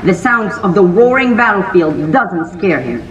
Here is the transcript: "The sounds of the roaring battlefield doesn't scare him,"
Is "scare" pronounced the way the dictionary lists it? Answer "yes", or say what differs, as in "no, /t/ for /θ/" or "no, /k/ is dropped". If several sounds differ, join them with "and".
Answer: yes